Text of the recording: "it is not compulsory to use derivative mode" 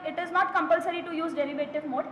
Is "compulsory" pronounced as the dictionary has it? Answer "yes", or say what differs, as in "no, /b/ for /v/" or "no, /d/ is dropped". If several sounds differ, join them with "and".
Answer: yes